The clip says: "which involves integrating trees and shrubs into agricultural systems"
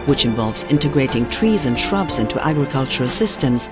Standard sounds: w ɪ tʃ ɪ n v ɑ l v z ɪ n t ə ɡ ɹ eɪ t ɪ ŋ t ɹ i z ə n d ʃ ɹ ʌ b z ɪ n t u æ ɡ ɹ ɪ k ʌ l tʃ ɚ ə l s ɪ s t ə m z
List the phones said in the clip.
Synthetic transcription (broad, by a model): w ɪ tʃ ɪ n v ɑ l v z ɪ n t ə ɡ ɹ eɪ t ɪ ŋ t ɹ i z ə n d ʃ ɹ ʌ b z ɪ n t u æ ɡ ɹ ɪ k ʌ l tʃ ɚ ə l s ɪ s t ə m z